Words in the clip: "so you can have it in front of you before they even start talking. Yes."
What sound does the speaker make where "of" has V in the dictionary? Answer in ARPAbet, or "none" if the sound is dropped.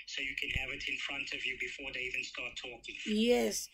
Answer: V